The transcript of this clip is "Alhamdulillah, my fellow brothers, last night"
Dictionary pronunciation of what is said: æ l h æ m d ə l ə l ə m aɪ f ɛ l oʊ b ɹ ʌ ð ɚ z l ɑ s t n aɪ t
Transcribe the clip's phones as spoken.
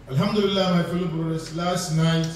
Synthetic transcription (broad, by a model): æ l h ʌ m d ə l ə l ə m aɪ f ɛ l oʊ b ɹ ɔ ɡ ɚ s l ɑ s t n aɪ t